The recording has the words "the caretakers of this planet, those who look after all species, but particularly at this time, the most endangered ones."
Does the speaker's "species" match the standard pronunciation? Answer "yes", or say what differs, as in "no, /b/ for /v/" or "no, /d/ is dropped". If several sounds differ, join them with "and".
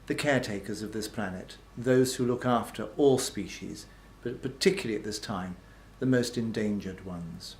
yes